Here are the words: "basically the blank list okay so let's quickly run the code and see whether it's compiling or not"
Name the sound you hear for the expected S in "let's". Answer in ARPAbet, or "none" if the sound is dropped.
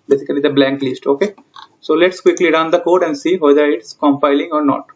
S